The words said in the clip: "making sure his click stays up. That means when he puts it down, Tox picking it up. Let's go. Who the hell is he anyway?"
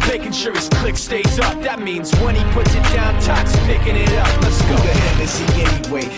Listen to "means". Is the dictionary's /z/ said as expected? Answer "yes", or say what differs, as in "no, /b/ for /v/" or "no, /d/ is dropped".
yes